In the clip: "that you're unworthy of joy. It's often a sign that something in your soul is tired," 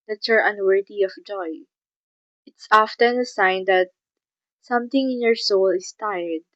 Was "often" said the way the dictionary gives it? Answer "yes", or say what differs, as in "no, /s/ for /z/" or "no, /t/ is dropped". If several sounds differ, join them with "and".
yes